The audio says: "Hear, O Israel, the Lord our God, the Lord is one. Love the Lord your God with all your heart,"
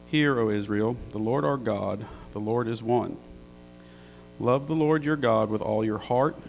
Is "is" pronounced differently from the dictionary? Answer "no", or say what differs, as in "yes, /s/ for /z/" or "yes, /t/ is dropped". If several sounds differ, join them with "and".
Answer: no